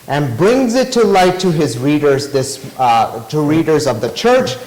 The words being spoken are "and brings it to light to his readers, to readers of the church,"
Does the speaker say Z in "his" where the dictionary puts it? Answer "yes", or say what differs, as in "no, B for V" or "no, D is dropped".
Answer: yes